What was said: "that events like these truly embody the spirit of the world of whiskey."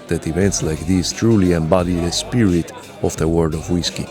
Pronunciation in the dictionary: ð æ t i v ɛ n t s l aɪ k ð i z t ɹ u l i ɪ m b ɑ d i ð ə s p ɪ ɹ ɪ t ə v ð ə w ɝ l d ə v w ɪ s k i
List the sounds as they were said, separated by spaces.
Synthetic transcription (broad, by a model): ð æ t i v ɛ n t s l aɪ k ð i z t ɹ u l i ɪ m b ɑ d i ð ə s p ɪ ɹ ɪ t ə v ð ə w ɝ d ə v w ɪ s k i